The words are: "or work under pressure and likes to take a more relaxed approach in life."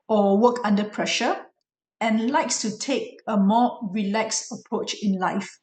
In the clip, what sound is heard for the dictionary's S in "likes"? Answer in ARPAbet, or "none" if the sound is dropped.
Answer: S